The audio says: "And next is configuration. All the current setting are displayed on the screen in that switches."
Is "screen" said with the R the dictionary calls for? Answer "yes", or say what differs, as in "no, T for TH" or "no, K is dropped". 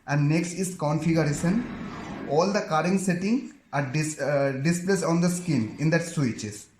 no, R is dropped